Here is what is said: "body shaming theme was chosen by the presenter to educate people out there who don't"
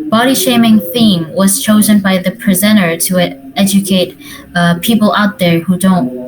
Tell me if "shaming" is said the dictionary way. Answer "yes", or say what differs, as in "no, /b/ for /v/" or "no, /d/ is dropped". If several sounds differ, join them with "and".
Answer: yes